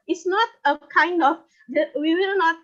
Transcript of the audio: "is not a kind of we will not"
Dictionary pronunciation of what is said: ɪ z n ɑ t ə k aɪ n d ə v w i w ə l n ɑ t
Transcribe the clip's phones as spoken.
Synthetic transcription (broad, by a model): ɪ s n ɑ t ə k aɪ n d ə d w i w ə l n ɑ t